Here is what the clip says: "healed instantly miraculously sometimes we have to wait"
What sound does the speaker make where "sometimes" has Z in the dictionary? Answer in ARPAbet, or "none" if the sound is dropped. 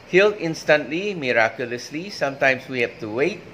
S